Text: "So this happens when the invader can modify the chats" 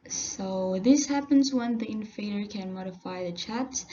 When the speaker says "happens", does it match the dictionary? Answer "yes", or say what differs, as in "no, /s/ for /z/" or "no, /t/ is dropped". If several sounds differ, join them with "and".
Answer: yes